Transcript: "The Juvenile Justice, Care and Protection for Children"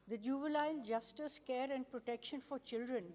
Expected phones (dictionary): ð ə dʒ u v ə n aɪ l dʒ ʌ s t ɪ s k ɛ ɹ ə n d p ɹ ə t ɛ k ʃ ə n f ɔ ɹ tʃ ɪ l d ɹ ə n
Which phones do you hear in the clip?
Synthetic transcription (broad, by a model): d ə dʒ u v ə l aɪ l dʒ ʌ s t ɪ s k ɛ ɹ ə n d p ɹ ə t ɛ k ʃ ə n f ɔ ɹ tʃ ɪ l d ɹ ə n